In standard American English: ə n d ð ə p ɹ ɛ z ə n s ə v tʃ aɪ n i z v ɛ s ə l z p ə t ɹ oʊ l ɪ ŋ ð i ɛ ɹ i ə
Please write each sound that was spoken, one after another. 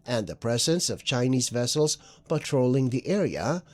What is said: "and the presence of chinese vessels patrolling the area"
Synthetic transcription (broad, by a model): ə n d ð ə p ɹ ɛ z ə n s ə v tʃ aɪ n i z v ɛ s l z p ə t ɹ oʊ l ɪ ŋ ð i ɛ ɹ i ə